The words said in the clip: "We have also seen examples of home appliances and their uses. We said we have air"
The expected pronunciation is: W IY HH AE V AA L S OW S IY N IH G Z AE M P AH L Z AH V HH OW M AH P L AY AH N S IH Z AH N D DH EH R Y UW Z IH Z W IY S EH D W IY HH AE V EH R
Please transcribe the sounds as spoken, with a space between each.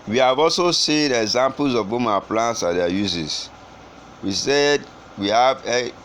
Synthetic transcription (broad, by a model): W IY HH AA V AA L S OW S IY N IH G Z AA M P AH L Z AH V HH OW M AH P L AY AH N S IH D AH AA Y UW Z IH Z W IY S EH D W IY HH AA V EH